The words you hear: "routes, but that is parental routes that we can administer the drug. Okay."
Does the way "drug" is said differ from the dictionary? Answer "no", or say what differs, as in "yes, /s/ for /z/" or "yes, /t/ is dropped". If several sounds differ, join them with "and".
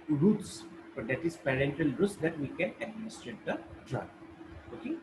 yes, /ɡ/ is dropped